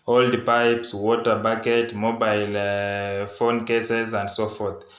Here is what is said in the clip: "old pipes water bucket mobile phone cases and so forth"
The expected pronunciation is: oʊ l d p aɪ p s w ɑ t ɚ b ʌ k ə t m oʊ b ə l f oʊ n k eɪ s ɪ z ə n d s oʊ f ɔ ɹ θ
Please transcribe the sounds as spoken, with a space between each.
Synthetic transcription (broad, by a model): oʊ l d p aɪ p s w ɑ t ɚ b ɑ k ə t m oʊ b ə l f oʊ n k eɪ s ɪ z ə n d s oʊ f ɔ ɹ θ